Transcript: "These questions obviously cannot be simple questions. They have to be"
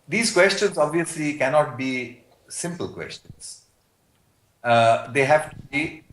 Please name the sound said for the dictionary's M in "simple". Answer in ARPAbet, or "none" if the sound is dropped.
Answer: M